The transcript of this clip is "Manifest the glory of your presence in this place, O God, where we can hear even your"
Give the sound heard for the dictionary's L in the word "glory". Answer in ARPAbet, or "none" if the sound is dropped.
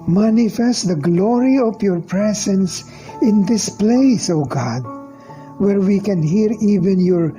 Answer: L